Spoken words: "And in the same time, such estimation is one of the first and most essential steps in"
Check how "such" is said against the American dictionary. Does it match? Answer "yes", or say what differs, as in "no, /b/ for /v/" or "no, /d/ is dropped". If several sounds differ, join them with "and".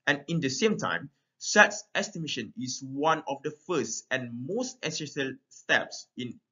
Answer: no, /s/ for /tʃ/